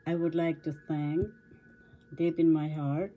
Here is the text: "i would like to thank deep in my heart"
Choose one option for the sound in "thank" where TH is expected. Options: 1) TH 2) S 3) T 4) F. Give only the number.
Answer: 2